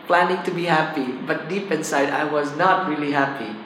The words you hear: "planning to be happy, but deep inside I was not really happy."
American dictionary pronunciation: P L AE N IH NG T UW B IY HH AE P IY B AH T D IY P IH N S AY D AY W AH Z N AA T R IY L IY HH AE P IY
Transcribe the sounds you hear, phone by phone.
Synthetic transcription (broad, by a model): P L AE N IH NG T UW B IY HH AE P IY B AH T D IY P IH N S AY D AY W AH Z N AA T R IY L IY HH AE P IY